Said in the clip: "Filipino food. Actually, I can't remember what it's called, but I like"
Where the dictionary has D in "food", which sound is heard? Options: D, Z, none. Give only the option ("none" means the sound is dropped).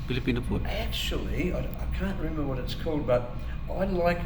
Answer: none